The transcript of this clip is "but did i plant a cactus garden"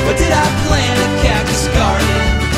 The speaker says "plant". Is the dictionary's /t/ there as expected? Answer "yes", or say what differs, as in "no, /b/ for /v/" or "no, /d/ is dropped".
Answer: no, /t/ is dropped